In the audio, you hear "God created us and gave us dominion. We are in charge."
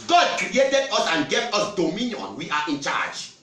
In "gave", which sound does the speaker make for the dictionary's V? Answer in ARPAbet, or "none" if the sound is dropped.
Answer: P